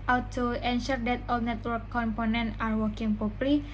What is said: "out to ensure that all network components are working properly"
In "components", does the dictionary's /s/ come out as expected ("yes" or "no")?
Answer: no